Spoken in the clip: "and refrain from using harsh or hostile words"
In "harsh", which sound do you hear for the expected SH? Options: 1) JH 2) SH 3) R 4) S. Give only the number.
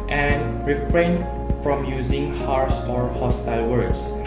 4